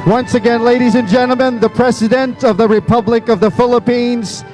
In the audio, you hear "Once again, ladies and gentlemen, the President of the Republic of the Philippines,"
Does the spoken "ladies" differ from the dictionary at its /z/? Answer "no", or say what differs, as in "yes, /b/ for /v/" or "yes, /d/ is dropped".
no